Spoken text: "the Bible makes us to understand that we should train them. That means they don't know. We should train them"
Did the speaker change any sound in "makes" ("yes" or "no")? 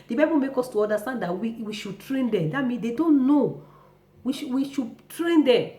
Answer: yes